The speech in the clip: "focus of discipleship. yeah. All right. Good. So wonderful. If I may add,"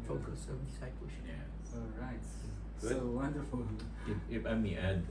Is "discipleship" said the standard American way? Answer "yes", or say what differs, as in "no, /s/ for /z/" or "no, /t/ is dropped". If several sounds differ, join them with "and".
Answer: no, /l/ is dropped